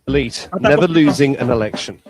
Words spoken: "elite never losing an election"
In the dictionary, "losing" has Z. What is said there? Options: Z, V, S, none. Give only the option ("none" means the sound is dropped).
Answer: Z